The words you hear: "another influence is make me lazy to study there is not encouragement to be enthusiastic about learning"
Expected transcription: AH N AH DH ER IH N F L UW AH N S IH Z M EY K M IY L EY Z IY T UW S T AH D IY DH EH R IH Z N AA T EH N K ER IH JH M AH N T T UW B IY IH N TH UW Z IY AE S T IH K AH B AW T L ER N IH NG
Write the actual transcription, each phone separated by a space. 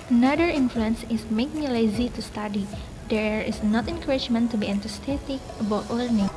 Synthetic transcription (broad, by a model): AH N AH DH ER IH N F L UW AH N S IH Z M EY K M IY L EY Z IY T UW S T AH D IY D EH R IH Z N AA T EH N K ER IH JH M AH N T T UW B IY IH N T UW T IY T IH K AH B AW T L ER N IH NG